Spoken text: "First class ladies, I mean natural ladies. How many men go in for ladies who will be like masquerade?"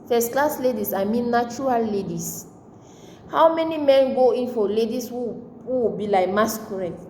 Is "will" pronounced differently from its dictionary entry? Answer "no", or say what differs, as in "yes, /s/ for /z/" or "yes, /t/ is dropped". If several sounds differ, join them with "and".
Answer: yes, /w/ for /l/